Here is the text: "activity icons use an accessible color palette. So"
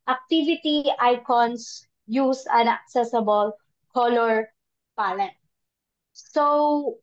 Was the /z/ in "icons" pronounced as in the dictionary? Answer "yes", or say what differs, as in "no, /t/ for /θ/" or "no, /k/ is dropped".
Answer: no, /s/ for /z/